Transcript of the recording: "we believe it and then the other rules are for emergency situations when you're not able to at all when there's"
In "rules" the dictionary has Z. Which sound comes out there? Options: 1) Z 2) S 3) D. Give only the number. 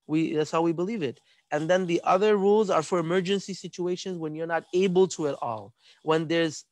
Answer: 1